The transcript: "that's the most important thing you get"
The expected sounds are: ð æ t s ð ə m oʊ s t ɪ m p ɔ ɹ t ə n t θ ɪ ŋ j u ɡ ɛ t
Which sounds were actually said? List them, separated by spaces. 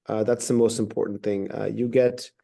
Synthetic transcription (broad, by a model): ð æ t s ð ə m oʊ s t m p ɔ ɹ t n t θ ɪ ŋ j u ɡ ɛ t